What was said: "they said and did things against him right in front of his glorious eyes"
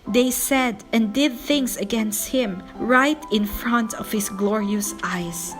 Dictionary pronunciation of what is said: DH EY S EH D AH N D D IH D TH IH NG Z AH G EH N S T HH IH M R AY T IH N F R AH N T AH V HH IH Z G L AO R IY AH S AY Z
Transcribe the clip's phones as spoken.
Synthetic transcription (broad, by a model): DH EY S EH D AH N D D IH D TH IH NG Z AH G EH N S T HH IH M R AY T IH N F R AH N T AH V HH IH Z G L AO R IY AH S AY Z